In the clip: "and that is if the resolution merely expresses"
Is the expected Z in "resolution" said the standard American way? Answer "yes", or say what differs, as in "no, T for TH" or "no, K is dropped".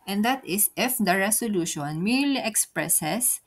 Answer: no, S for Z